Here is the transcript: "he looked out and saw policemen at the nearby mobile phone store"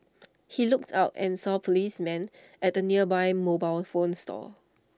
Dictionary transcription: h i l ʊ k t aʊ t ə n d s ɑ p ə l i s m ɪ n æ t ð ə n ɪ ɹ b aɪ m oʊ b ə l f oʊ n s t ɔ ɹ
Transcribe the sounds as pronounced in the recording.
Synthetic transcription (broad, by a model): h i l ʊ k t aʊ t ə n s ɑ p ə l i s m ɪ n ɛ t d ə n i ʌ b aɪ m oʊ b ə l f oʊ n s t ɔ